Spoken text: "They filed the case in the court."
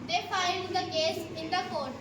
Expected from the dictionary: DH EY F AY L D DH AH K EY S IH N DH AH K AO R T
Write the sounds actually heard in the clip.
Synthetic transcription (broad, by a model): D EY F AY N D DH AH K EY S IH N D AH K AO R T